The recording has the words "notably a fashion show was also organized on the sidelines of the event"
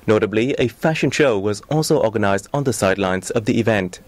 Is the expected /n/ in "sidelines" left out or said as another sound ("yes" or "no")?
no